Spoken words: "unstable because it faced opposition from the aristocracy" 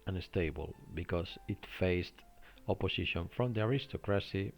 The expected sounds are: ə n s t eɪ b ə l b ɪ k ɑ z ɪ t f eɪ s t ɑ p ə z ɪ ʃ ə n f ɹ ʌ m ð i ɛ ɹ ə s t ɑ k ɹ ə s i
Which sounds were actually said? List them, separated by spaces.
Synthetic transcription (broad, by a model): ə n s t eɪ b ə l b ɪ k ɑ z ɪ t f eɪ s t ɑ p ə s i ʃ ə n f ɹ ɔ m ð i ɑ ɹ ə s t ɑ k ɹ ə s i